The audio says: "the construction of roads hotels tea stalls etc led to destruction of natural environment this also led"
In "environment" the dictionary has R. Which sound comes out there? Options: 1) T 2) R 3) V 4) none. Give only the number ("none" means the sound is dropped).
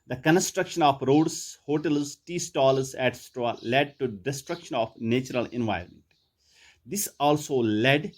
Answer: 4